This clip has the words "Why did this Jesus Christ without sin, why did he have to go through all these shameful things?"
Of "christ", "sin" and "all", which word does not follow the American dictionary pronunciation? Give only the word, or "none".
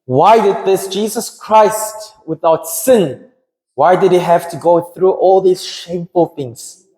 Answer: none